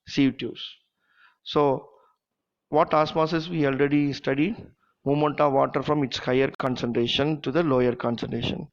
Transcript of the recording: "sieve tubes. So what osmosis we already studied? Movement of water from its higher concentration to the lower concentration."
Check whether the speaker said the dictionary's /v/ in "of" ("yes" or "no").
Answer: yes